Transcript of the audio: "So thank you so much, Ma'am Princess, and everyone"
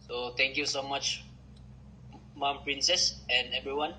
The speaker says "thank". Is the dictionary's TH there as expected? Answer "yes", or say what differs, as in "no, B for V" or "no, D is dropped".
no, T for TH